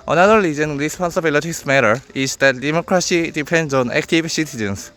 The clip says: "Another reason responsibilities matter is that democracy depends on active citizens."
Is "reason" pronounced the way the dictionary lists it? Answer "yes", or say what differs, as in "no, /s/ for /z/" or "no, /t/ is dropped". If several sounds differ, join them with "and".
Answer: no, /l/ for /ɹ/